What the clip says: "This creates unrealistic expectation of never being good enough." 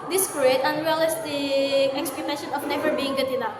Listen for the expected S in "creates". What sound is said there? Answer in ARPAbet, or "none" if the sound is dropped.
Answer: none